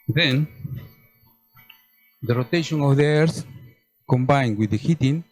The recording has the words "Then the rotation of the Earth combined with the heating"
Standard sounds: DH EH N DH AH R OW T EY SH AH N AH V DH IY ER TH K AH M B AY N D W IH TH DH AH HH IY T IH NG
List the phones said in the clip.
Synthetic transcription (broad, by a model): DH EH N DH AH R OW T EY SH AH N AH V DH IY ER S K AH M B AY N D W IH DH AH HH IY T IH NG